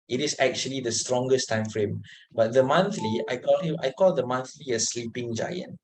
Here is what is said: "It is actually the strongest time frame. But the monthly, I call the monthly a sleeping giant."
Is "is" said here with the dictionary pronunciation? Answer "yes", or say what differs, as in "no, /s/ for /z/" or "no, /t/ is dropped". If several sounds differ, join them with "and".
no, /s/ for /z/